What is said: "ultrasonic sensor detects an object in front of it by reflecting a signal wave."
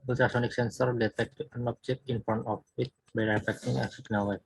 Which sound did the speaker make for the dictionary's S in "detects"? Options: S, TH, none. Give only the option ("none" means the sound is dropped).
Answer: none